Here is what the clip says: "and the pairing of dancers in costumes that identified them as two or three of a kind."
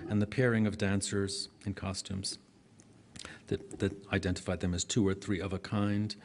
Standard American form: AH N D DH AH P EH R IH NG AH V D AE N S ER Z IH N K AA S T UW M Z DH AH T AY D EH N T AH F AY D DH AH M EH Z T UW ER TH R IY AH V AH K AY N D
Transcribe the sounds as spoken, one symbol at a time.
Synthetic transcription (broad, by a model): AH N DH AH P EH R IH NG AH V D AE N S ER Z IH N K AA S T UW M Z DH AH T AY D EH N T AH F AY D DH AH M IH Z T UW ER TH R IY AH V AH K AY N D